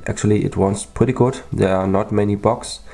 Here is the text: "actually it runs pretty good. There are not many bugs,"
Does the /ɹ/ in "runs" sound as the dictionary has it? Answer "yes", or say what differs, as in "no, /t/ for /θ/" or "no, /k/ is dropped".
no, /w/ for /ɹ/